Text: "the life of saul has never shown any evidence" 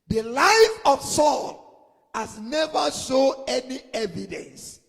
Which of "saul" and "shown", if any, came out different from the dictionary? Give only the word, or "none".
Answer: shown